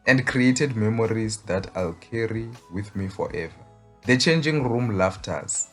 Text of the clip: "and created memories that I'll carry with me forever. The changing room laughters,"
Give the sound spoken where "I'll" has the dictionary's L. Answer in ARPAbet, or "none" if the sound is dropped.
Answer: L